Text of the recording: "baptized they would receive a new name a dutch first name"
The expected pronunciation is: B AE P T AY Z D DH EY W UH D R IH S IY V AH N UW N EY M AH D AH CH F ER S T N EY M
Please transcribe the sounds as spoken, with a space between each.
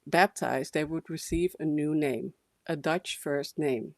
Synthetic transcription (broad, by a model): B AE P T AY Z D DH EY W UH D R IH S IY V AH N UW N EY M AH D AH CH F ER S T N EY M